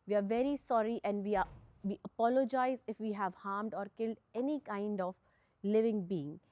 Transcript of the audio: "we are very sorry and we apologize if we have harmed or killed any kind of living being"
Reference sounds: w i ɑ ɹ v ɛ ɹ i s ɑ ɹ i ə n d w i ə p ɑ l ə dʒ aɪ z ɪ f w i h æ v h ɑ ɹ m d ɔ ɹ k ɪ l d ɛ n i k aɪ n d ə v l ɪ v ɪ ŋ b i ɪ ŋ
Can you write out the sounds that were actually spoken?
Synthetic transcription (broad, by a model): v i ɑ ɹ v ɛ ɹ i s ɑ ɹ i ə n d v i ə p ɑ l ə dʒ aɪ z ɪ f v i h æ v h ɑ ɹ m d ɔ ɹ k ɪ l d ɛ n i k aɪ n d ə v l ɪ v ɪ ŋ b i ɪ ŋ